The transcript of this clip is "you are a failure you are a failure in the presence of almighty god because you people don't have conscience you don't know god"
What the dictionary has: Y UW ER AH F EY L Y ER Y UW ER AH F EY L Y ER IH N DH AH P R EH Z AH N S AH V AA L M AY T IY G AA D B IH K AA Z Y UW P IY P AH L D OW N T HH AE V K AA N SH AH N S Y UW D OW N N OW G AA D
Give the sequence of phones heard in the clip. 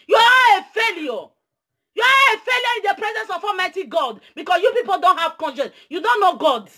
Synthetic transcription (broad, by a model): Y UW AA AH F EY L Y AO Y UW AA AH F EY L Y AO IH N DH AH P R EH Z AH N S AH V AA M AY T IY G AA D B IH K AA S Y UW P IY P AH L D OW N T HH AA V K AA N SH AH N S Y UW D OW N N OW G AA D